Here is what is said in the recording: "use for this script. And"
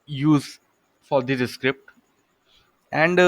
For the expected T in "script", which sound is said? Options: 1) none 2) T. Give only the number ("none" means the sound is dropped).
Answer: 2